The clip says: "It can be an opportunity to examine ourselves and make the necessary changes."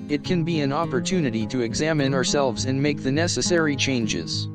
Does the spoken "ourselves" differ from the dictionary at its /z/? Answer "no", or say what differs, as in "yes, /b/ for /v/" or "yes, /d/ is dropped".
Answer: no